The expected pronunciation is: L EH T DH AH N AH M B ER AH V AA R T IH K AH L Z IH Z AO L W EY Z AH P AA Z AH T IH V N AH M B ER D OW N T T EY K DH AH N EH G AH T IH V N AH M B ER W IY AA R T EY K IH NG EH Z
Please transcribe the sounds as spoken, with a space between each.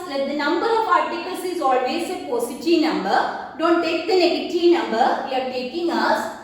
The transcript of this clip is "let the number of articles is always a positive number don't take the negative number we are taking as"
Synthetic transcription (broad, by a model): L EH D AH N AH M B ER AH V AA R T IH K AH L S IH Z AO L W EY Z AH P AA S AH T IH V N AH M B ER D OW N T T EY K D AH N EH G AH T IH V N AH M B ER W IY AA R T EY K IH NG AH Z